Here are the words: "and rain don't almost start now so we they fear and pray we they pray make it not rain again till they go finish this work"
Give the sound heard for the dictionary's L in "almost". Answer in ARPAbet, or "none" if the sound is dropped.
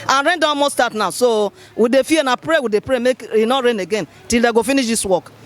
none